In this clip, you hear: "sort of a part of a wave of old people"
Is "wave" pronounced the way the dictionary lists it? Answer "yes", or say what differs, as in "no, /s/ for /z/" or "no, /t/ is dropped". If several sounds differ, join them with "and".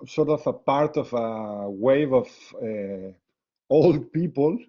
yes